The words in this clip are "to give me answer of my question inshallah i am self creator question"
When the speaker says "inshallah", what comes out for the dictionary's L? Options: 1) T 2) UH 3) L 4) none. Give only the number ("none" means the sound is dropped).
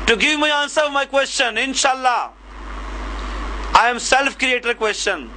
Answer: 3